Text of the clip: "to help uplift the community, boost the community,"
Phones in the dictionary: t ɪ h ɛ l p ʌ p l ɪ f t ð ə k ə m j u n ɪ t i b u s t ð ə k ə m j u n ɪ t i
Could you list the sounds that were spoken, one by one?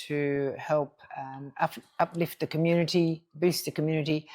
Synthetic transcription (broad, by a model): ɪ h ɛ l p ʌ p l ɪ f t ð ə k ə m j u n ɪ t i b u s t ð ə k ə m j u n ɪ t i